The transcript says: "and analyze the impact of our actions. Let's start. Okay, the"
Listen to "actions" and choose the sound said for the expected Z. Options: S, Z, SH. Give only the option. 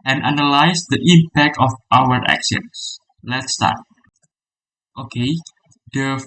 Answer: S